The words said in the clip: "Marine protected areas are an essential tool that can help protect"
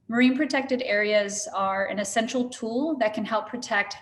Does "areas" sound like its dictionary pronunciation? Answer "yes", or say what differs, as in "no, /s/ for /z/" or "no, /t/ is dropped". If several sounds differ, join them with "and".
yes